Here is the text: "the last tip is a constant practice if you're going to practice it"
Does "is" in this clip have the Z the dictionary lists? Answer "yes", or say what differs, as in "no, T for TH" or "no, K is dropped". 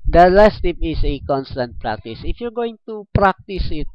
no, S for Z